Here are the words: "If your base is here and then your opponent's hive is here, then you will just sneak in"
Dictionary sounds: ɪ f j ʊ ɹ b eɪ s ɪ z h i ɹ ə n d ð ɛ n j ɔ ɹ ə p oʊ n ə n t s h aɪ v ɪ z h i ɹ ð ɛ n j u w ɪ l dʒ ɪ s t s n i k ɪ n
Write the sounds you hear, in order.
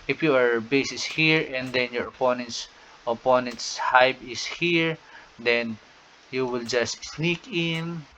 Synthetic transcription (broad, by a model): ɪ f j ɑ ɹ b eɪ s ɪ s h i ɹ ə n d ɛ n j ɔ ɹ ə p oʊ n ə n t s h aɪ b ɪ s h i ɹ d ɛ n j u w ɪ l dʒ ɪ s t s n i k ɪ n